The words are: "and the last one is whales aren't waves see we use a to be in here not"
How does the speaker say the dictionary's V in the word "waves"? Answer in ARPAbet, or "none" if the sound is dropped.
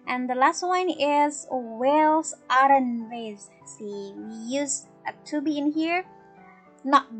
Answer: none